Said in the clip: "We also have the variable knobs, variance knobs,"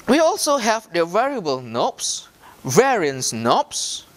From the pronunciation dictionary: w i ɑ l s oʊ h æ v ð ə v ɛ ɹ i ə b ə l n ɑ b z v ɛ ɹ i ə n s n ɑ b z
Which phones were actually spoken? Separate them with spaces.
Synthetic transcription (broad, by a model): w i ɑ l s oʊ h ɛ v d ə v ɛ ɹ i ə b ə l n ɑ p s v ɛ ɹ i ə n s n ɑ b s